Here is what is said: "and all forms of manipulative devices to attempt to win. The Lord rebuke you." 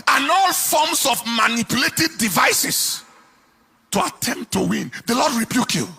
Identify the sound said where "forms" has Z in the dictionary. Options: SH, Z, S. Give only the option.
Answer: S